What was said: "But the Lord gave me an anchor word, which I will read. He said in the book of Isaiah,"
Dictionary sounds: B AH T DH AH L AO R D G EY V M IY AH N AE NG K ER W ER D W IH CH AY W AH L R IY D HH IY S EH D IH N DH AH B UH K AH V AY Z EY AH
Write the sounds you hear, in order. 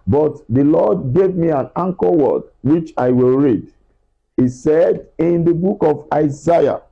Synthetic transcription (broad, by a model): B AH T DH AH L AO D G EY V M IY AH N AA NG K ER W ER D W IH CH AY W AH L R IY D HH IY S EH D IH N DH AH B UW K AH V AY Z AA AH